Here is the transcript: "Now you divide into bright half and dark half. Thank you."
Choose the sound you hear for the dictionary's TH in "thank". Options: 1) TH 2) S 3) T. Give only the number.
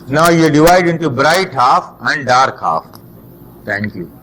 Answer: 3